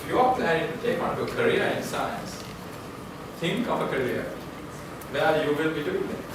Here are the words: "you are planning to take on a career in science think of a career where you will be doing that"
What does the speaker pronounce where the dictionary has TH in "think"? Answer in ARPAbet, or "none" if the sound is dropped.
T